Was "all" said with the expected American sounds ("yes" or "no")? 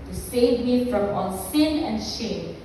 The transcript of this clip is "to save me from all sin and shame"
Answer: no